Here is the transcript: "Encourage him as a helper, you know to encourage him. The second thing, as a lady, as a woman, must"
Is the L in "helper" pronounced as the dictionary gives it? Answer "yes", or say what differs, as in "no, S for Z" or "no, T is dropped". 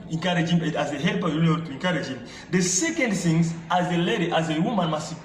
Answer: yes